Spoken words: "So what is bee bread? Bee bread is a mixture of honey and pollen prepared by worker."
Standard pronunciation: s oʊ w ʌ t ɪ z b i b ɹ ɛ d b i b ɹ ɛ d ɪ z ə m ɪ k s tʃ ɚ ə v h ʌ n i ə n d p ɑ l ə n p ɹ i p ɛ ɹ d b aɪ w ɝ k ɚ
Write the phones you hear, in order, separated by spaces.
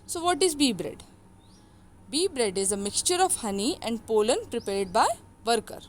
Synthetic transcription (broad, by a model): s oʊ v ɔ t ɪ z b i b ɹ ɛ d b i b ɹ ɛ d ɪ z ə m ɪ k s tʃ ɚ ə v h ʌ n i ə n d p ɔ l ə n p ɹ i p ɛ ɹ d b aɪ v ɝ k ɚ